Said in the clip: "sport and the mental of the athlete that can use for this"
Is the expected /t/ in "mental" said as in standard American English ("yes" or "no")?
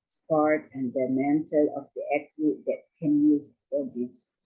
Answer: yes